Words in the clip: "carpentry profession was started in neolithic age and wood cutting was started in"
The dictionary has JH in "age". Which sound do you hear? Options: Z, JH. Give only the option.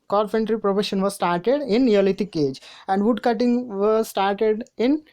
JH